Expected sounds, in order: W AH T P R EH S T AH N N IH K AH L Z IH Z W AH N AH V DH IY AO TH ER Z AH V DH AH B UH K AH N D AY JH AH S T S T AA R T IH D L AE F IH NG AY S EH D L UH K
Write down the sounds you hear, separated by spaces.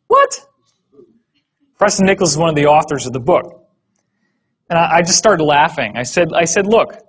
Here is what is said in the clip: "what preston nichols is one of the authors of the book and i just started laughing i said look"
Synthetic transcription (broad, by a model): W AH T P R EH S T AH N N IH K L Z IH Z W AH N AH V DH IY AO TH ER Z AH V DH AH B UH K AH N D AY JH AH S T S T AA R T IH D L AE F IH NG AY S EH D L UH K